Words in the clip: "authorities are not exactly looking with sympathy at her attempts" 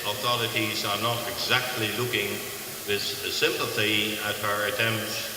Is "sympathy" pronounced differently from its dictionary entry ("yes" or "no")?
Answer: no